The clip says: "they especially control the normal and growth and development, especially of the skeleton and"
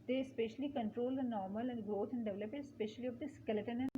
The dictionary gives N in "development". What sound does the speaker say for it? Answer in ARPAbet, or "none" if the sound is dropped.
none